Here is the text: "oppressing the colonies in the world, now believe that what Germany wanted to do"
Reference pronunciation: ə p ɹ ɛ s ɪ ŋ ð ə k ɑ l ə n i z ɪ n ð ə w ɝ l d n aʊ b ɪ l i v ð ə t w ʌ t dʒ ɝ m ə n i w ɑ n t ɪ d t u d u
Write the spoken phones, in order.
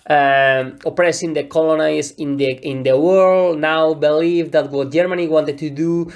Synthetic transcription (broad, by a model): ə p ɹ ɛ s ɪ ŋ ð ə k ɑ l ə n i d ɪ n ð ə w ɝ l d n aʊ b ɪ l i v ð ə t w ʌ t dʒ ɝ m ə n i w ɑ n t ɪ d t u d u